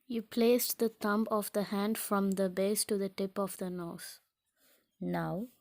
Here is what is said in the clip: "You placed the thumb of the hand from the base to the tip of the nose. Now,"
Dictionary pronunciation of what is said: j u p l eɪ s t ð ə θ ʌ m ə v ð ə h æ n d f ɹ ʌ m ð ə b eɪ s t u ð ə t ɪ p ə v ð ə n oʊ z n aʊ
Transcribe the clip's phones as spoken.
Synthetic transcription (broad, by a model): j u p l eɪ s t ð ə t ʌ m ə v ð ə h æ n d f ɹ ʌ m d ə b eɪ s t u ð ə t ɪ p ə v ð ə n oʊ s n aʊ